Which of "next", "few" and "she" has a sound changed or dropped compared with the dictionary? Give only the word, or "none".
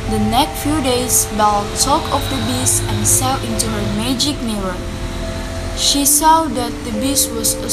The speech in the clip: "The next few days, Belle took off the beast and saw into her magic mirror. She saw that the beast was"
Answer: none